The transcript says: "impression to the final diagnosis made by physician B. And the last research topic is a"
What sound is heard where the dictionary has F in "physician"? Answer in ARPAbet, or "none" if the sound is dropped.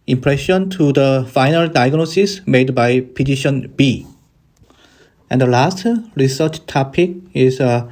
P